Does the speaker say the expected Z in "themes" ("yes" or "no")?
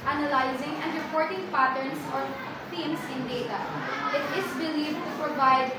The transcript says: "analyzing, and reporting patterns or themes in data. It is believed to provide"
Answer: no